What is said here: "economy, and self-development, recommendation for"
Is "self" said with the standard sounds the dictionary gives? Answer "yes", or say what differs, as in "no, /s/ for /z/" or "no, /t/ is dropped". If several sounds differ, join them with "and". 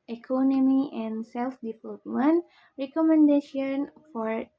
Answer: yes